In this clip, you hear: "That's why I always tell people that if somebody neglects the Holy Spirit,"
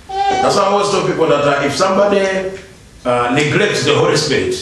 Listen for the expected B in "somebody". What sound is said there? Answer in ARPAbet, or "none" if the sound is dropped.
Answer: B